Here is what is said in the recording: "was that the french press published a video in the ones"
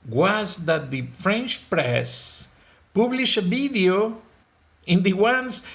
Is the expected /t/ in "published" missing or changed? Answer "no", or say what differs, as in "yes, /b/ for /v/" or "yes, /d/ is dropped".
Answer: yes, /t/ is dropped